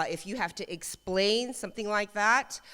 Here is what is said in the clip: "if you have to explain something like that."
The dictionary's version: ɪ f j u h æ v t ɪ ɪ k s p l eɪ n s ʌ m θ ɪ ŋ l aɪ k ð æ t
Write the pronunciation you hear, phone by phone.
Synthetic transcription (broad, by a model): ɪ f j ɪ h æ f t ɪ ɪ k s p l eɪ n s ʌ m θ ɪ ŋ l aɪ k ð æ t